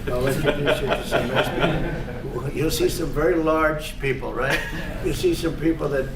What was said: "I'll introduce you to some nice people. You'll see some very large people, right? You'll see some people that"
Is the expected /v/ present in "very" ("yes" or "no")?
yes